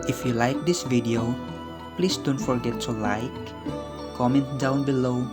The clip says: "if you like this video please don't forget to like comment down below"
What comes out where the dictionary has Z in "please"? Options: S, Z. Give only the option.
S